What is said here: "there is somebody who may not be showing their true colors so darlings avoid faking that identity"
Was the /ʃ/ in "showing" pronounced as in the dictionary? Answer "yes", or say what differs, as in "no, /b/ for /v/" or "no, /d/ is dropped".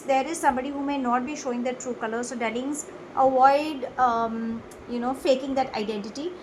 yes